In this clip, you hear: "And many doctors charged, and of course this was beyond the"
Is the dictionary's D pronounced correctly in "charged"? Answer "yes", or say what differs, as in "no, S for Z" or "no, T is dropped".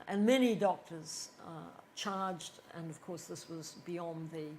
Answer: yes